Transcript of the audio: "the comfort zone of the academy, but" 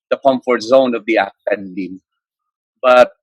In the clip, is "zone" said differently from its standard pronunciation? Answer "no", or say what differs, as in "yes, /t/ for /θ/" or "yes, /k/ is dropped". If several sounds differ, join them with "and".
no